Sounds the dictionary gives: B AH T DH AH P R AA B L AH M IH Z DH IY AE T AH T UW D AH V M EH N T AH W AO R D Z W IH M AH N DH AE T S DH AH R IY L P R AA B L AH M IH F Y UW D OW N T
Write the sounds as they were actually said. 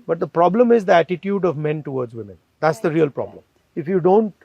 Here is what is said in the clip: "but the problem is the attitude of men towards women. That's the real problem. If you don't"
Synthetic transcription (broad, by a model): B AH T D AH P R AA B L AH M IH Z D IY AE T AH T UW D AH V M EH N T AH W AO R D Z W IH M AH N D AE T S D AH R IY L P R AA B L AH M IH F Y UW D OW N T